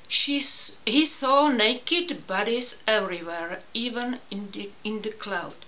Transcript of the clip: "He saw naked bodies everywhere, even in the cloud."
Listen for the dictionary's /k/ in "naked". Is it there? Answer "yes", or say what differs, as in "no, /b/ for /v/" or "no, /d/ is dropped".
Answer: yes